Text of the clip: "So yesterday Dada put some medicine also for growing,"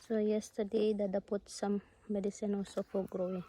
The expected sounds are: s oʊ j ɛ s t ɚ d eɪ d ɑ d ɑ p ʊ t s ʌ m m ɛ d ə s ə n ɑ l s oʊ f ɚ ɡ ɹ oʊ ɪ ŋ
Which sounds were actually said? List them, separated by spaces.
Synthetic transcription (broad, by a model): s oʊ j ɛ s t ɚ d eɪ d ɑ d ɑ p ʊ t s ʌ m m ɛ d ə s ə n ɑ s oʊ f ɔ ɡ ɹ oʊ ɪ